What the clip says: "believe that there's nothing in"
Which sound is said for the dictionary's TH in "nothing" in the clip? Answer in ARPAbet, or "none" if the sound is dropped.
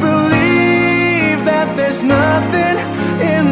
TH